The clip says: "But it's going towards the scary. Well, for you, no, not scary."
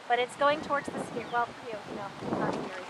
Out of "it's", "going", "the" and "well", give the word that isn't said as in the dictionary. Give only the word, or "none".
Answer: none